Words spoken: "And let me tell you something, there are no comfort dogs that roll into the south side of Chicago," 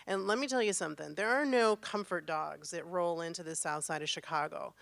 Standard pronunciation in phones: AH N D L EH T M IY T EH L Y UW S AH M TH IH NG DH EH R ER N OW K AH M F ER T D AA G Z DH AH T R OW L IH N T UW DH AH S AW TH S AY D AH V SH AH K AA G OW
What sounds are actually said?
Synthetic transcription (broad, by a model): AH N L EH T M IY T EH L Y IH S AH M TH IH NG DH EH R N OW K AH M F ER T D AA G Z DH AH T R OW L IH N T UW DH AH S AW TH S AY D AH V SH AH K AA G OW